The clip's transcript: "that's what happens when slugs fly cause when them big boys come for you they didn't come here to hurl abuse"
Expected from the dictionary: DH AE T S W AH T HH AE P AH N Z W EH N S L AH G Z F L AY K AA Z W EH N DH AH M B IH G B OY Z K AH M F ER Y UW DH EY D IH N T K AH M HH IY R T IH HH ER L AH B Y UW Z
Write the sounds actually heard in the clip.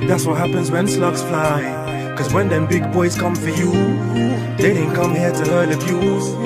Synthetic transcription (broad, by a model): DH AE T S W AH T HH AE P AH N Z W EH N S L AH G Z F L AY K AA Z W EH N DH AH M B IH G B OY Z K AH M F ER Y UW DH EY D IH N K AH M HH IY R T IH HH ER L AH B Y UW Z